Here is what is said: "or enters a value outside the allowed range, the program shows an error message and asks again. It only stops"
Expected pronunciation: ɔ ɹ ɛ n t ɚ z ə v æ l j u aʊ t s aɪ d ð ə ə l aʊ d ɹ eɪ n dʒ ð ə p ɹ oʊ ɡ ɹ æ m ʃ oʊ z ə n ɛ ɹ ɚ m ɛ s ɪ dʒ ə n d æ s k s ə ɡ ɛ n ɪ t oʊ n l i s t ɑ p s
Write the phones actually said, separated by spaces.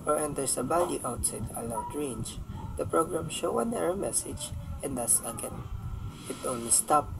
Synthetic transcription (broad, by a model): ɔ ɹ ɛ n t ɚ s ə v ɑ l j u aʊ t s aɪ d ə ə l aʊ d ɹ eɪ n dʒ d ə p ɹ oʊ ɡ ɹ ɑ m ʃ oʊ ə n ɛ ɹ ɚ m ɛ s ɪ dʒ ə n d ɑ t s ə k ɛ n ɪ t oʊ n l i s t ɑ p